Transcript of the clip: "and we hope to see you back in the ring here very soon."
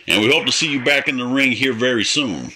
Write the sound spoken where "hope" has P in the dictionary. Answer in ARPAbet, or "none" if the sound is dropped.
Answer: P